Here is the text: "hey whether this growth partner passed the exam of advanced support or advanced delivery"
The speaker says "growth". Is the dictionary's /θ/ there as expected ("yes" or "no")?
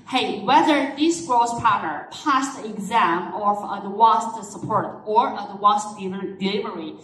no